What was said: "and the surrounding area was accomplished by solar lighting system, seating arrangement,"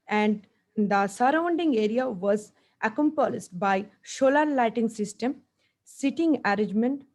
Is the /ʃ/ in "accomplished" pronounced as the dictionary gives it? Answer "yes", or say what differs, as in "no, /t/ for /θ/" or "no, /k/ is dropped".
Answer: no, /s/ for /ʃ/